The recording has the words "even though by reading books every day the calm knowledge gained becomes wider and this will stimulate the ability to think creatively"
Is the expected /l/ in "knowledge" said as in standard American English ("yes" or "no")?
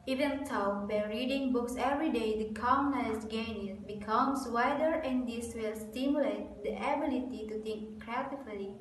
no